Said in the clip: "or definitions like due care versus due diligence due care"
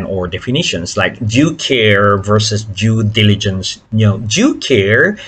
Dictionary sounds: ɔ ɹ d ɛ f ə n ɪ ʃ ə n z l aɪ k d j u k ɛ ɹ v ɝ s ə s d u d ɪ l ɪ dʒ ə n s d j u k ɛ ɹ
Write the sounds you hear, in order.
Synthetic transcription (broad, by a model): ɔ ɹ d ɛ f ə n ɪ ʃ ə n s l aɪ k d j u k ɛ ɹ v ɝ s ə s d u d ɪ l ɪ dʒ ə n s d j u k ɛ ɹ